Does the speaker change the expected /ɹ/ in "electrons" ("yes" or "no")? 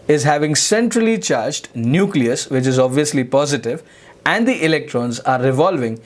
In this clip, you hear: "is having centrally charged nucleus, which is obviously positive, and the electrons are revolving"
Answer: no